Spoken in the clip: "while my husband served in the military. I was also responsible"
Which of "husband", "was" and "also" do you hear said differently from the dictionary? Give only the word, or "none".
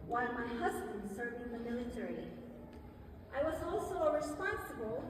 none